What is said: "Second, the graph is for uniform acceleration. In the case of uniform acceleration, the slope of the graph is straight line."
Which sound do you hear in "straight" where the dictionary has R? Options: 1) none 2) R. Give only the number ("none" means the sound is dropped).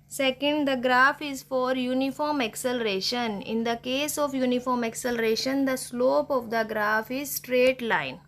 2